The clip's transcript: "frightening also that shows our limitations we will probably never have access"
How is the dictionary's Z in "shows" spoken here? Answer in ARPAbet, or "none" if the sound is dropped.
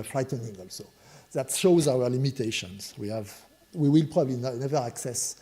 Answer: Z